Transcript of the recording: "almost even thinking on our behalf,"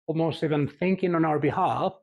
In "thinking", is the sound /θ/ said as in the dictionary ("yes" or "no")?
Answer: yes